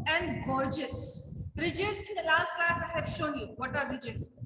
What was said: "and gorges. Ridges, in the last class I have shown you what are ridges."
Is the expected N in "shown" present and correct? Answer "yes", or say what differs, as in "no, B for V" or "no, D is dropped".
yes